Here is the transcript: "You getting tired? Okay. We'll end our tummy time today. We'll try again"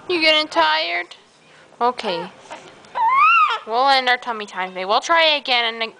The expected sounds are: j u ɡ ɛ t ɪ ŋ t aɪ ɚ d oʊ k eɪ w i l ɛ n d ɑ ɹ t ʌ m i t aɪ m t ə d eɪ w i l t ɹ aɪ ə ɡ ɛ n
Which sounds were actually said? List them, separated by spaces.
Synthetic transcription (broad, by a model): j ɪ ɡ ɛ t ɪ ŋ t aɪ ɚ d oʊ k eɪ w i l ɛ n ɑ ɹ t ʌ m i t aɪ m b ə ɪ w i l t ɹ aɪ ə ɡ ɛ n